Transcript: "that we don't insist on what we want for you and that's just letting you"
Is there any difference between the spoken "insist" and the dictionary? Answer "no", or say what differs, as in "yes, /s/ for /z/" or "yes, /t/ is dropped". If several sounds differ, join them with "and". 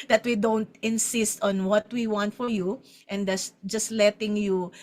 no